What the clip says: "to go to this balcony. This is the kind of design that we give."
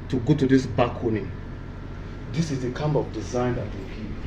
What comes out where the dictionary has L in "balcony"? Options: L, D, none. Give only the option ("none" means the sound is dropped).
none